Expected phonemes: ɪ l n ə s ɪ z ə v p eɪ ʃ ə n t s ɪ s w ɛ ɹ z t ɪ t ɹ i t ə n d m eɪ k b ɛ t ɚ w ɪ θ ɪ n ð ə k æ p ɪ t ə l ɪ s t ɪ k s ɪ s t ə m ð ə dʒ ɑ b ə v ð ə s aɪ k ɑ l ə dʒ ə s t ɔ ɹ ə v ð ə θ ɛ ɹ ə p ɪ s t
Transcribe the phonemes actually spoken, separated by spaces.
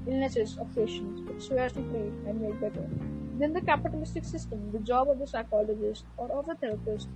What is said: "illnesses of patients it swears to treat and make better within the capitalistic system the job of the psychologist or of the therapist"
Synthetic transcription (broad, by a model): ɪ l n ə s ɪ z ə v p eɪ ʃ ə n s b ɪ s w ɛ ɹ t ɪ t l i ə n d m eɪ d b ɛ t ɚ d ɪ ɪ n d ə k æ p ɪ t ə l ɪ s t ɪ k s ɪ s t ə m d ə dʒ ɑ b ə v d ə s aɪ k ɑ l ə dʒ ə s t ɔ ɹ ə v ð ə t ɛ ɹ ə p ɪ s t